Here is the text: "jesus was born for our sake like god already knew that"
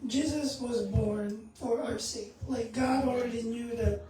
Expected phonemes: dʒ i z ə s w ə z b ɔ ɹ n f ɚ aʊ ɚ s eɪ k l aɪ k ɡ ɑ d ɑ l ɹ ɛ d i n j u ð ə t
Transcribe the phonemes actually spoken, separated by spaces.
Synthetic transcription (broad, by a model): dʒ i z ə s w ə z b ɔ ɹ n f ɚ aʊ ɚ s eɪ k l aɪ k ɡ ɑ d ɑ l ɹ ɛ d i n j u ð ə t